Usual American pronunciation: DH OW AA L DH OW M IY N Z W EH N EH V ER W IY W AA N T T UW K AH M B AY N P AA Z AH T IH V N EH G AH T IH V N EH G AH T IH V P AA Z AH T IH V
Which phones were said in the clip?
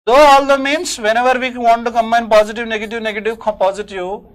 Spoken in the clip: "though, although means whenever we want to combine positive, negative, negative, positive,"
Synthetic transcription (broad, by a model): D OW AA L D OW M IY N S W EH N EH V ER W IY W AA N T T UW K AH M AY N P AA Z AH T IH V N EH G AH T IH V N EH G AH T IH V P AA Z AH T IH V